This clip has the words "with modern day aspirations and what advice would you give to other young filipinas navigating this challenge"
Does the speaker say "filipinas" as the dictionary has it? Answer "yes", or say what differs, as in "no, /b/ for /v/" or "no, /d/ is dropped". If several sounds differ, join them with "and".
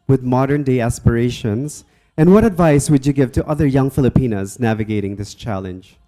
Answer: yes